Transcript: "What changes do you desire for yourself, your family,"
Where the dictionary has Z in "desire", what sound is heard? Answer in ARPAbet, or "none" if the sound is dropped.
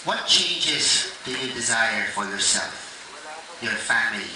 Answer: Z